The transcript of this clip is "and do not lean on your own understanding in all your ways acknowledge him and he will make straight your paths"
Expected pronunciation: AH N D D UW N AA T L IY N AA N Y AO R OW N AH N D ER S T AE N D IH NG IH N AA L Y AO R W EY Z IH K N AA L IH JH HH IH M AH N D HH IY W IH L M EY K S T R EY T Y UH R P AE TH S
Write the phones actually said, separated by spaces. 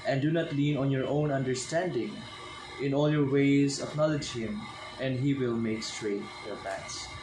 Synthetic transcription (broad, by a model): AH N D D UW N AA T L IY N AA N Y AO R OW N AH N D ER S T AE N D IH NG IH N AA L Y AO R W EY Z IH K N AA L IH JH HH IH M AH N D HH IY W IH L M EY K S T R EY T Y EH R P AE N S